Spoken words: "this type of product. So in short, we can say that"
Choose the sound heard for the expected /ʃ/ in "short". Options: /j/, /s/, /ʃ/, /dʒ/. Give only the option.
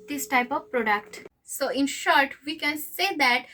/ʃ/